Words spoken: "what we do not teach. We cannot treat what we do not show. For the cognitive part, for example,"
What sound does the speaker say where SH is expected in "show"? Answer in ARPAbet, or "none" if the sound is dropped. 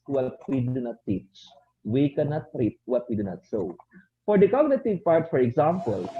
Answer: S